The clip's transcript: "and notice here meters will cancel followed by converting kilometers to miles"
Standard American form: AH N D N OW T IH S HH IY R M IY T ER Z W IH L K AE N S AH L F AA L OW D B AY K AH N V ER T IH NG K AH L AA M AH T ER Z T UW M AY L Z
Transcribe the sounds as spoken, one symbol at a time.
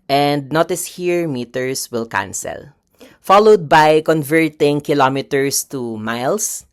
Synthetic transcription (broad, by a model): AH N D N OW T IH S HH IY R M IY T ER S W IH L K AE N S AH L F AA L OW D B AY K AH N V ER T IH NG K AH L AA M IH T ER S T UW M AY L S